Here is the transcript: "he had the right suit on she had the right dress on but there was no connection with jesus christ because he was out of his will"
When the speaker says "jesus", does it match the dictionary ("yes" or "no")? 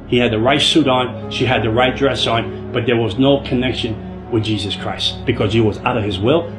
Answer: yes